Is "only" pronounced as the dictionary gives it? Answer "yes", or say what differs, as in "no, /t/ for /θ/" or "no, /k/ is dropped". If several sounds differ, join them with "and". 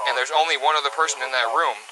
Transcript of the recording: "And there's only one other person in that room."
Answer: yes